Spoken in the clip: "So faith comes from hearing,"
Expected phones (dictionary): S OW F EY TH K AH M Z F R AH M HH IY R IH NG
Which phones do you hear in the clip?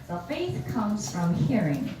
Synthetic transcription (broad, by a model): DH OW F EY TH K AH M Z F R AH M HH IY R IH NG